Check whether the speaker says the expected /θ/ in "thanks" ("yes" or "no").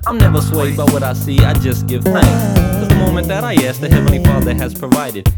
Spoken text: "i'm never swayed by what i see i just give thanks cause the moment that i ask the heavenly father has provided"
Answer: yes